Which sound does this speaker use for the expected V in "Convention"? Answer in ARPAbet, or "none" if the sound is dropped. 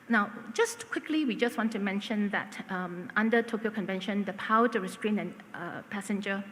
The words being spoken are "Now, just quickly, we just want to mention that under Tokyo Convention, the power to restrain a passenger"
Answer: V